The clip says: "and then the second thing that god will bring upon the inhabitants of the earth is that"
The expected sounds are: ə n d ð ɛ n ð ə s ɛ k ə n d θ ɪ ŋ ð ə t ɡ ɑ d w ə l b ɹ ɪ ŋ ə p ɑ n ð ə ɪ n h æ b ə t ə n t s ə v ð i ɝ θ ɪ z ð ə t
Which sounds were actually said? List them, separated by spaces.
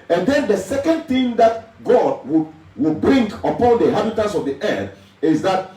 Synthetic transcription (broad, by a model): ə n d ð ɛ n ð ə s ɛ k ə n d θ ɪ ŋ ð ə t ɡ ɑ d w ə w b ɹ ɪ ŋ ə p ɑ n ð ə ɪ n h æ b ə t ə n s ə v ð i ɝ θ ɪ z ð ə t